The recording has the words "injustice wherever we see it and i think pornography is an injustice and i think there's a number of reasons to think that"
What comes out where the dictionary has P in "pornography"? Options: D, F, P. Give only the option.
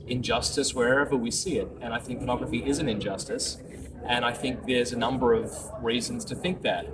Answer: F